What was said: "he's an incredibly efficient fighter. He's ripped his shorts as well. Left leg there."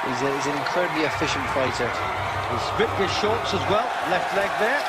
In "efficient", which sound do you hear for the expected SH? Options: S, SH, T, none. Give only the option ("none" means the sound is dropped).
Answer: SH